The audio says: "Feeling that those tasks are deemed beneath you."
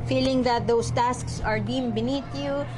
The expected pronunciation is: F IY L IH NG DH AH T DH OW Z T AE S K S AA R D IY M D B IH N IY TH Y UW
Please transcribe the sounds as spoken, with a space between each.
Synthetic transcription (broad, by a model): F IY L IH NG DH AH T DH OW S T AE S K S AA R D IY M B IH N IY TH Y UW